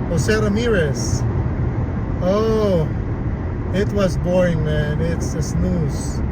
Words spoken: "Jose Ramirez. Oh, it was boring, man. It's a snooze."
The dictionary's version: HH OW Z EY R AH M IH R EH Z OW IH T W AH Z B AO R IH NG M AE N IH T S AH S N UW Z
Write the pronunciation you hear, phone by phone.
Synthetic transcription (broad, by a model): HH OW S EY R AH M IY R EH S OW IH T W AH Z B AO R IH NG M AE N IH T S AH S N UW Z